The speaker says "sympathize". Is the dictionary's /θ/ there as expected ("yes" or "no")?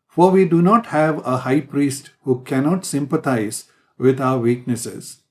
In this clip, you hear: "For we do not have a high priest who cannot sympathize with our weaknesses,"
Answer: no